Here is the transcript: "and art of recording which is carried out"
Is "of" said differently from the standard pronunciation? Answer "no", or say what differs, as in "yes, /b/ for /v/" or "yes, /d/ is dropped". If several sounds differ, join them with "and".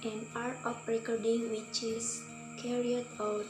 yes, /p/ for /v/